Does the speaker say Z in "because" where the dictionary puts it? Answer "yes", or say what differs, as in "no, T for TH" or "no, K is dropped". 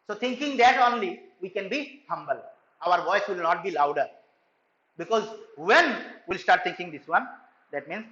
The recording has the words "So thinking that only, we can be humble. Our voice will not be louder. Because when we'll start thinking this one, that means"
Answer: yes